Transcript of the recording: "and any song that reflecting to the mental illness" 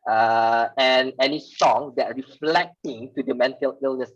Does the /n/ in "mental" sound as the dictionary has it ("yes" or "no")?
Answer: yes